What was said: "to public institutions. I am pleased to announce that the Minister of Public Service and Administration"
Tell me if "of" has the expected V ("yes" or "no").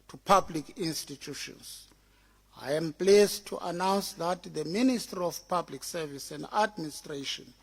no